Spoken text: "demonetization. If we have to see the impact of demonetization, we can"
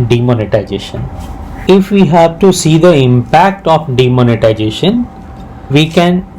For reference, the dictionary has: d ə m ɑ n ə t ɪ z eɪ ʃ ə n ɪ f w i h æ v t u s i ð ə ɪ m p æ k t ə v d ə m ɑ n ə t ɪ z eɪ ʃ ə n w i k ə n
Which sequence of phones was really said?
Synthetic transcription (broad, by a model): d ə m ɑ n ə t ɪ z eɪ ʃ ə n ɪ f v i h æ v t u s i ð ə ɪ m p æ k t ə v d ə m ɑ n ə t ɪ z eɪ ʃ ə n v i k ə n